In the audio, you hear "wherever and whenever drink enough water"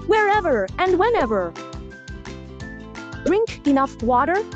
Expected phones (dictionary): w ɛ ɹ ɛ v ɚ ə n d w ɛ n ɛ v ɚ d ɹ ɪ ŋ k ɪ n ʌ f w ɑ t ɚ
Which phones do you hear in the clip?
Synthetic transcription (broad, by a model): w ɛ ɹ ɛ v ɚ ə n d w ɛ n ɛ v ɚ d ɹ ɪ ŋ k ɪ n ʌ f w ɑ t ɚ